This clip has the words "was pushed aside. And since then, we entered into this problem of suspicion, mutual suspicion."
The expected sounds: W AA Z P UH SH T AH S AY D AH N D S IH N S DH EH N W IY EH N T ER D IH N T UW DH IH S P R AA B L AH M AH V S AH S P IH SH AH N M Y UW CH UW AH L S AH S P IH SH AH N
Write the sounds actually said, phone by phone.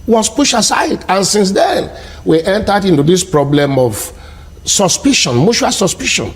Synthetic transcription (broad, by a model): W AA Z P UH SH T AH S AY D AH N S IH N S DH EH N W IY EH N T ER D IH N T UW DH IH S P R AA B L AH M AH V S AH S P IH SH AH N M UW SH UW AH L S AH S P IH SH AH N